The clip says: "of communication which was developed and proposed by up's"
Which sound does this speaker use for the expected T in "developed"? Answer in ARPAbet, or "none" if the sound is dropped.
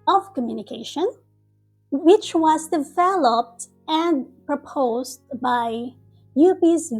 T